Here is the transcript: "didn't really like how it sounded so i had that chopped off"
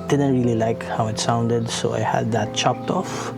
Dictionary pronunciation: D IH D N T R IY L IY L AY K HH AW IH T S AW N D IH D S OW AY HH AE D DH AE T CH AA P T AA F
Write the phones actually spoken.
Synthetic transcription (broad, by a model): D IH D N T R IY L IY L AY K HH AW IH T S AW N D IH D S OW AY HH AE D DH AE T CH AA P T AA F